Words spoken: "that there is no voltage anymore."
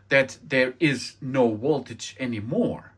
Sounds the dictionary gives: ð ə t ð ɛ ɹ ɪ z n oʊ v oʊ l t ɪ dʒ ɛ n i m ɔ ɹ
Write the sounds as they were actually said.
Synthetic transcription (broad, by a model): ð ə t ð ɛ ɹ ɪ z n oʊ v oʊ l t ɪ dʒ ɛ n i m ɔ ɹ